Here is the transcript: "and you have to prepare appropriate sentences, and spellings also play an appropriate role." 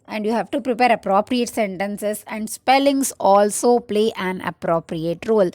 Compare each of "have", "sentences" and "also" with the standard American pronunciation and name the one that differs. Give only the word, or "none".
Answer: sentences